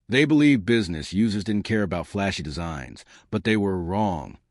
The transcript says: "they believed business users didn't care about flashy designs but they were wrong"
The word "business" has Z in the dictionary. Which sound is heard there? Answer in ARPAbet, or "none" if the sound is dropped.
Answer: Z